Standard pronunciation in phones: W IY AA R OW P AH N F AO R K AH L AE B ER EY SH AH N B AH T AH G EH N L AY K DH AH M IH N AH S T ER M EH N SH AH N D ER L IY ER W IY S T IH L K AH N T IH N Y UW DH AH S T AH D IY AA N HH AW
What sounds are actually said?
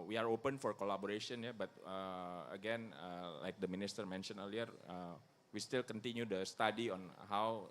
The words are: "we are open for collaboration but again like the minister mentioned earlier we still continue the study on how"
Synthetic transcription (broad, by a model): W IY AA R OW P AH N F AO R K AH L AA B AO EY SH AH N B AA T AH G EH N L AY K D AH M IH N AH S T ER M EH N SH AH N ER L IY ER W IY S T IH L K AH N T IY N Y UW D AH S T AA D IY AA N HH AW